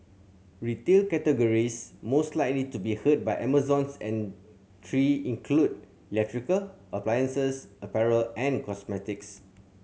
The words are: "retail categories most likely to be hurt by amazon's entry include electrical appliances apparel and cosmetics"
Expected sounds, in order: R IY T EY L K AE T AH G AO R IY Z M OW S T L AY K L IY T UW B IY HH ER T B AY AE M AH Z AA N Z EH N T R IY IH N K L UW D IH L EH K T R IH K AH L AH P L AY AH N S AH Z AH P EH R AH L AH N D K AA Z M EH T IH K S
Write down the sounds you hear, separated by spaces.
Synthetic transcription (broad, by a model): R IY T EY L K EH T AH G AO R IY S M OW S T L AY K L IY T UW B IY HH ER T B AY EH M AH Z AA N S EH N T R IY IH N K L UW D IH L EH K T R IH K AH L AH P L AY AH N S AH S AH P EH R AH L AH N K AA S M EH T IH K S